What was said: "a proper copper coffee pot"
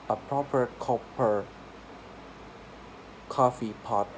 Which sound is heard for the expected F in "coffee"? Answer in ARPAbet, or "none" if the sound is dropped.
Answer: F